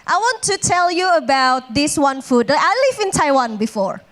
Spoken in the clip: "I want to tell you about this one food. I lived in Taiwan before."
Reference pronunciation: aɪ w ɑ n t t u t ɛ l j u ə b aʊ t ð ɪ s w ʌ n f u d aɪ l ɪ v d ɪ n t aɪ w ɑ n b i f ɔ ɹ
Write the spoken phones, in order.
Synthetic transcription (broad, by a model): aɪ w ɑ n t t u t ɛ l j u ə b aʊ t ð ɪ s w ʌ n f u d aɪ l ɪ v ɪ n t aɪ w ɑ n b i f ɔ ɹ